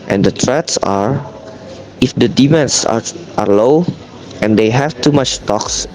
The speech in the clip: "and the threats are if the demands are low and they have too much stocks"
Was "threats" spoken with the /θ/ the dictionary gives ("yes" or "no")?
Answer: no